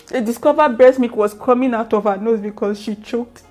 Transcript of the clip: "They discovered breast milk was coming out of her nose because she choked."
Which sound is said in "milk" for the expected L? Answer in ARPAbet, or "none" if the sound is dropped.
none